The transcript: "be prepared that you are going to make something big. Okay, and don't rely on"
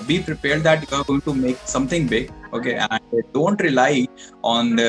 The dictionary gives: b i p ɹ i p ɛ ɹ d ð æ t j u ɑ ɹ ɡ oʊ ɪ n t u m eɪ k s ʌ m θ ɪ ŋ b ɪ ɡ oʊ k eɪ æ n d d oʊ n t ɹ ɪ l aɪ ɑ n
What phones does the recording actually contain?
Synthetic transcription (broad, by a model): b i p ɹ i p ɛ ɹ d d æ t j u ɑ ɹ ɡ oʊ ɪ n t u m eɪ k s ʌ m t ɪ ŋ b ɪ ɡ oʊ k eɪ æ n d d oʊ n t ɹ ɪ l aɪ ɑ n